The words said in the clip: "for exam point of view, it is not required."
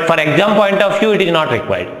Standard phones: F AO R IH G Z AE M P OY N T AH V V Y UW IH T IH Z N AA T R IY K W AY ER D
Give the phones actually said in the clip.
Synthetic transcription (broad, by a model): F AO R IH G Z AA M P OY N T AH V F Y UW IH T IH Z N AA T R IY K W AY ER D